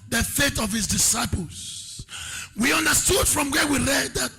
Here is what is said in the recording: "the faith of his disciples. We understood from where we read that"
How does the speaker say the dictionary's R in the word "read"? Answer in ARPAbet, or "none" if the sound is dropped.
L